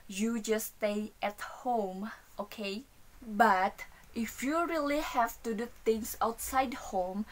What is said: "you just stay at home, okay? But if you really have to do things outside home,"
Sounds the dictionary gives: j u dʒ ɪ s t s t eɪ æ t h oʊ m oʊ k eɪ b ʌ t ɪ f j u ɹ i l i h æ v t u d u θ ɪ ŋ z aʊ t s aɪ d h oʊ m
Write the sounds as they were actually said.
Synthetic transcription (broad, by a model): j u dʒ ɪ s t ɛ t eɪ t h oʊ m oʊ k eɪ b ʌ t ɪ f j u ɹ i l i h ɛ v t u d u t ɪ ŋ s aʊ t s aɪ d h oʊ m